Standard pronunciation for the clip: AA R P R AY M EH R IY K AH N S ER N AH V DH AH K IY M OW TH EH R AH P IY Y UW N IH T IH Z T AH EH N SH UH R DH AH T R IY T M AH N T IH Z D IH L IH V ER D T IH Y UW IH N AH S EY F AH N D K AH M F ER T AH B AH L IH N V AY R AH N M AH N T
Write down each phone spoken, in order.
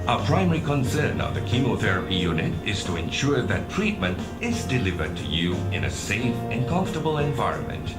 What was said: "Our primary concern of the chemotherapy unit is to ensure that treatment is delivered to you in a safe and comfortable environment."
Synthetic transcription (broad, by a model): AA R P R AY M EH R IY K AH N S ER N AH V DH AH K IY M OW TH EH R AH P IY Y UW N IH T IH Z T AH EH N SH UH R DH AH T R IY T M AH N T IH Z D IH L IH V ER D T IH Y UW IH N AH S EY F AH N K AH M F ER T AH B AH L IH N V AY R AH N M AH N T